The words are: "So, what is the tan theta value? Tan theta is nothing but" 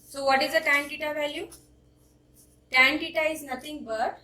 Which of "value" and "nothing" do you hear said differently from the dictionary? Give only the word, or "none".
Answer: nothing